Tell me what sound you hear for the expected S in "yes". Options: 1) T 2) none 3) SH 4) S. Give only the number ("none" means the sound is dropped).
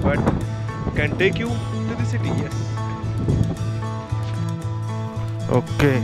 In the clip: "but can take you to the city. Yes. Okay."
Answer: 2